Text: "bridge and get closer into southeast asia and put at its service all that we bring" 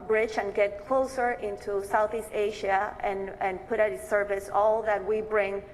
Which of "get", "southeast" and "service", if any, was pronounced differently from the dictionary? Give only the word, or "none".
none